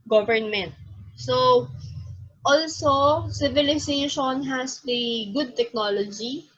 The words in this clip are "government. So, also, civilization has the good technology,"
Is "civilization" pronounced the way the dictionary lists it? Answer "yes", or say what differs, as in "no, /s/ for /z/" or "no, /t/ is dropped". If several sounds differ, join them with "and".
no, /s/ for /z/